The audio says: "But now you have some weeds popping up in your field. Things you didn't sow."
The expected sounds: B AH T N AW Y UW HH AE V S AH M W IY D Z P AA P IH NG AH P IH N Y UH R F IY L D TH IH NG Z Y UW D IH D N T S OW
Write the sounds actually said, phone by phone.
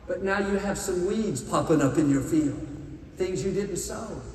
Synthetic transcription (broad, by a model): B AH T N AW Y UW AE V S AH M W IY D Z P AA P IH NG AH P IH N Y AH R F IY L D TH IH NG Z Y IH D IH D N T S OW